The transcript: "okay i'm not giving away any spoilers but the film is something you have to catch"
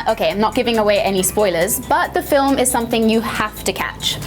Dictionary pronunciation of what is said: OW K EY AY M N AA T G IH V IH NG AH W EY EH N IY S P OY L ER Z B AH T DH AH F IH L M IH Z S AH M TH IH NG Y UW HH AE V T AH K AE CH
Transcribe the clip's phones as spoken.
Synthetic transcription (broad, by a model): OW K EY AY M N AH T G IH V IH NG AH W EY EH N IY S P OY L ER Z B AH T DH AH F IH L M IH Z S AH M TH IH NG Y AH HH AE F T AH K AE CH